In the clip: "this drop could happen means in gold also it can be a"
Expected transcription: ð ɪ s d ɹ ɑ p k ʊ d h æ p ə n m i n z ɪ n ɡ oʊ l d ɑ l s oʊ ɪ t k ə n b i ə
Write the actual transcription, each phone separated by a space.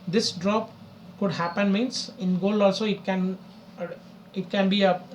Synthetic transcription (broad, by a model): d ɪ s d ɹ ɑ p k ʊ d h æ p ə n m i n s ɪ n ɡ oʊ l ɑ l s oʊ ɪ t k ə n b i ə